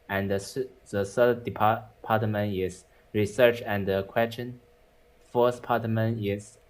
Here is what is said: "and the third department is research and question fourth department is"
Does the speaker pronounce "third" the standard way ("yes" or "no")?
no